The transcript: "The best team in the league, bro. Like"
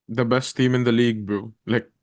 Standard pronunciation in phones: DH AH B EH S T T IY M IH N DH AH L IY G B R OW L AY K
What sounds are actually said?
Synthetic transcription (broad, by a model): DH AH B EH S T T IY M IH N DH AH L IY G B OW L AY K